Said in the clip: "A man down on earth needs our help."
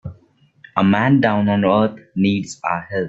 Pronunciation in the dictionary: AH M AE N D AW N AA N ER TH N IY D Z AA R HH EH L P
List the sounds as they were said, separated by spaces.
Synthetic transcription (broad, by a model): AH M AE N D AW N AA N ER T N IY D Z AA HH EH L